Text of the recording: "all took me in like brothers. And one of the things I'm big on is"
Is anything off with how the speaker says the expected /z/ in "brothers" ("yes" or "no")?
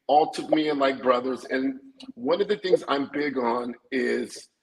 no